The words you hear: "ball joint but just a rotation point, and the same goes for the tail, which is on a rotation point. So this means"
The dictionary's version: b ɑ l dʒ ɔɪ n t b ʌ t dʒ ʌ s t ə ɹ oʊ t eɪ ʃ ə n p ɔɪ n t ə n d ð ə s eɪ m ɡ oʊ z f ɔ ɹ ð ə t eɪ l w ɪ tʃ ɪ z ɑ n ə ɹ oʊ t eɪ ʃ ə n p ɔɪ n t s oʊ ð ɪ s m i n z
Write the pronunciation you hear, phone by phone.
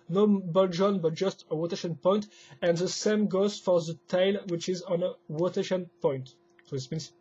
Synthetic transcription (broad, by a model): b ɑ l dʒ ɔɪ n b ʌ t dʒ ʌ s t ə w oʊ t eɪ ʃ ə n p ɔɪ n t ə n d ð ə s eɪ m ɡ oʊ z f ɔ ɹ ð ə t eɪ l w ɪ tʃ ɪ z ɑ n ə w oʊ t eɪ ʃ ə n p ɔɪ n t s oʊ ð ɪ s m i n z